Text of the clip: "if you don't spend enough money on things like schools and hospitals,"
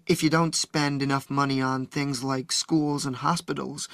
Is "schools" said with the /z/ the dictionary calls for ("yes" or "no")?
yes